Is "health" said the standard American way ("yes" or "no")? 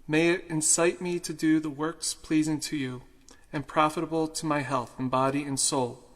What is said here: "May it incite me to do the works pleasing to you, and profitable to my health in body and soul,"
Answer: yes